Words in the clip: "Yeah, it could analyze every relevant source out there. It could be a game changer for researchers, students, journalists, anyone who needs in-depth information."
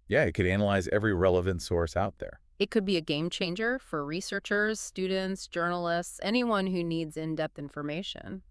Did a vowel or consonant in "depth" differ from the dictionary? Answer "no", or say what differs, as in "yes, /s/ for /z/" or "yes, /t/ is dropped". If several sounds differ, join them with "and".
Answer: no